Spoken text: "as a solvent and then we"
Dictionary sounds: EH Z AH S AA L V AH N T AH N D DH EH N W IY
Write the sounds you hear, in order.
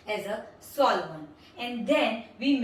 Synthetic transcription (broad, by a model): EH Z AH S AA L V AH N AH N D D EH N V IY